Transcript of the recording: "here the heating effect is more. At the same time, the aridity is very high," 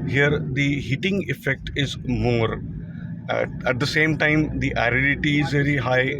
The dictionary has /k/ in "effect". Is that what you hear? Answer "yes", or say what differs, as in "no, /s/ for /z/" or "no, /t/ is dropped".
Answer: yes